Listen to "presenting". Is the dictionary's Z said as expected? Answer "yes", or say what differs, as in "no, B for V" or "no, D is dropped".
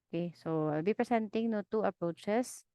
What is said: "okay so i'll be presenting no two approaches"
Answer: no, S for Z